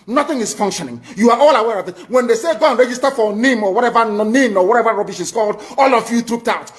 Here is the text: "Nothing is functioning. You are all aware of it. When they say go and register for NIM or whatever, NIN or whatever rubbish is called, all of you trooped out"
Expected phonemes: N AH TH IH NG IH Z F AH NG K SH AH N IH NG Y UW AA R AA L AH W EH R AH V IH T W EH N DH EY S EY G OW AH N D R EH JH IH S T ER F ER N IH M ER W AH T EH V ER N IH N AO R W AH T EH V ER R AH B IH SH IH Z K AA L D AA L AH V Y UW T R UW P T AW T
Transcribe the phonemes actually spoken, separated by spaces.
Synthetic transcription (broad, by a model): N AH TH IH NG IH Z F AH NG K SH AH N IH NG Y UW AA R AA L AH W EH R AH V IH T W EH N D EY S EY G OW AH N R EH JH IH S T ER F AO N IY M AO W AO T EH V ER N IH N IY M W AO T EH V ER R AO B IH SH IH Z K AA L D AA L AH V Y UW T R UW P T AW T